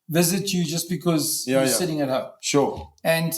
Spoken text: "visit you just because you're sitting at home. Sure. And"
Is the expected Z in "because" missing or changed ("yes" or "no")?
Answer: no